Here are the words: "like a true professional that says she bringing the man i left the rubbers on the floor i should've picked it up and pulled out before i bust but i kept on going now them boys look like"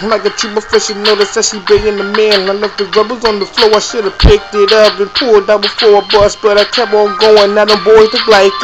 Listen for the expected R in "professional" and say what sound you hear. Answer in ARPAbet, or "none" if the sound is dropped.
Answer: none